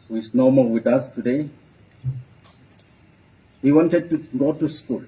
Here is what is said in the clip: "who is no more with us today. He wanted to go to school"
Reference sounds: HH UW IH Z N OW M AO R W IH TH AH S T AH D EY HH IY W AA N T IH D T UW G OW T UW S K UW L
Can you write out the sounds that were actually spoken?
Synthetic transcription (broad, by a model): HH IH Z N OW M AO L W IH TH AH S T AH D EY HH IY W AA N T IH D T UW G OW T UW S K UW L